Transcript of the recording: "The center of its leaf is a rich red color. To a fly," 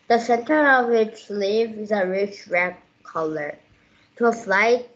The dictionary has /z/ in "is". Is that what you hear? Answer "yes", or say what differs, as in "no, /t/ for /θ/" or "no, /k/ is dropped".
yes